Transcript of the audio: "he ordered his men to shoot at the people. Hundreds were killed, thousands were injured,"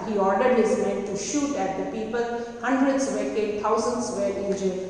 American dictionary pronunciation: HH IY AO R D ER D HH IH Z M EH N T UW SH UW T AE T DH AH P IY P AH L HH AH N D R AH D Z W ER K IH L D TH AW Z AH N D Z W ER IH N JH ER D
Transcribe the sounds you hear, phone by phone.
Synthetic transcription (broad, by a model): HH IY AO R D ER D HH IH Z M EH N T UW SH UW T AE T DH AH P IY P AH L HH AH N D R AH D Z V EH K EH D T AW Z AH N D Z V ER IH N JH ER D